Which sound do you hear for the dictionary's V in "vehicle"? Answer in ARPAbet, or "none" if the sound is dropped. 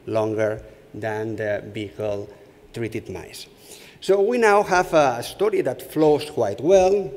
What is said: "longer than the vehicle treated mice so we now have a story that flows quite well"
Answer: B